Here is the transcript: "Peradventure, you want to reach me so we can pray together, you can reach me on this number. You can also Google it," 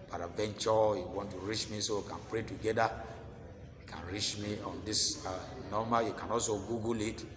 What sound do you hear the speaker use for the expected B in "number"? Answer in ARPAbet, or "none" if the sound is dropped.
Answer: none